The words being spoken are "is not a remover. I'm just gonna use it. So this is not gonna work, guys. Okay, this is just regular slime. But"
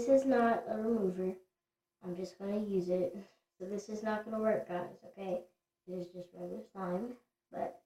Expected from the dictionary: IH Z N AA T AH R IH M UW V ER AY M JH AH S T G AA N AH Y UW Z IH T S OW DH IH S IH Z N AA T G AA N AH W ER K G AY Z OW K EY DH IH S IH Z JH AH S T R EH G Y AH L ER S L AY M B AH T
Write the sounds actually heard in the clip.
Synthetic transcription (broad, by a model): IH Z N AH T AH R IH M UW V ER AY M JH AH S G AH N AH Y UW Z IH T S OW DH IH S IH Z N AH T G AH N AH W ER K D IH S OW K EY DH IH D IH Z JH AH S T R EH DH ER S AY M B AH T